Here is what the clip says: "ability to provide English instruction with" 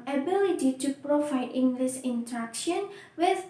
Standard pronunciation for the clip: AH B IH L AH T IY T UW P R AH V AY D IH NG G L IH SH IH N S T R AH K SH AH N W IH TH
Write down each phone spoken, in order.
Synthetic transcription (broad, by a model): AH B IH L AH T IY T UW P R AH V AY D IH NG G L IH S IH N T R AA K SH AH N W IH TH